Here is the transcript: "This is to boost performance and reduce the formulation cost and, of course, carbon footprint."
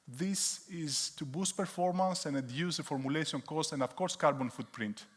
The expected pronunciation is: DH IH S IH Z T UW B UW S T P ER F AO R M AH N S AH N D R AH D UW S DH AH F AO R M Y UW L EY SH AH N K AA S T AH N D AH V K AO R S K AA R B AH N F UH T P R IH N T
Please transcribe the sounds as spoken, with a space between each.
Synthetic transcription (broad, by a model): DH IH S IH Z T UW B UW S T P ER F AO R M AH N S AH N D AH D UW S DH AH F AO R M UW L EY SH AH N K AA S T AH N D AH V K AO R S K AA R B AH N F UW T P R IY N T